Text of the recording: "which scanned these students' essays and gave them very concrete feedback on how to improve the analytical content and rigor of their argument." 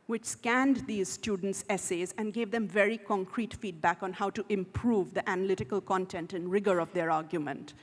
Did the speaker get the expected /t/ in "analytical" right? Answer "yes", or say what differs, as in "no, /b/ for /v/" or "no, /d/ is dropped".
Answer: yes